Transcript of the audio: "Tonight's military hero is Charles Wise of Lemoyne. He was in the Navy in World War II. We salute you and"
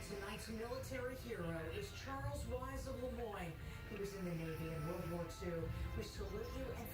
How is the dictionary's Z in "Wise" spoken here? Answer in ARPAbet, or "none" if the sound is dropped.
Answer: Z